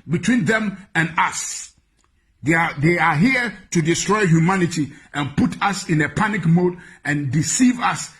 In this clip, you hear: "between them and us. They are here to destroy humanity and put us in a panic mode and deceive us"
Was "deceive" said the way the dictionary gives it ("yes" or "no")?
yes